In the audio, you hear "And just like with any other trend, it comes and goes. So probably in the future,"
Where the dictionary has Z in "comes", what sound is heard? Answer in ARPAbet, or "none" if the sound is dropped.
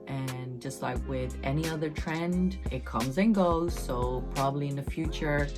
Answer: Z